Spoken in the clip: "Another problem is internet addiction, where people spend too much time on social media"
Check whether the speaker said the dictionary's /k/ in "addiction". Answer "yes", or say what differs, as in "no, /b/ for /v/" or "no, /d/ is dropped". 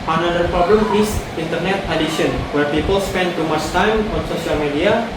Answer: no, /k/ is dropped